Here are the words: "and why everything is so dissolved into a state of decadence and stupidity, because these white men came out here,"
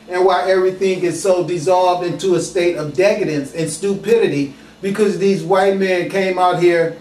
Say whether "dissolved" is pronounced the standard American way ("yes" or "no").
yes